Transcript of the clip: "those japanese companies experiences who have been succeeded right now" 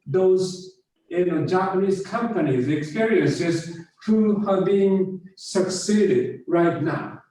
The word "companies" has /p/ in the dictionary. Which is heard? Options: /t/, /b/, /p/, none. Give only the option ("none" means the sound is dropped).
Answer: /p/